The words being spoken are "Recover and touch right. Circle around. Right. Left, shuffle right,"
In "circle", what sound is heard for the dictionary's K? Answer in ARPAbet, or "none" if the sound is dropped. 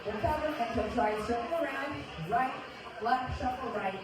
none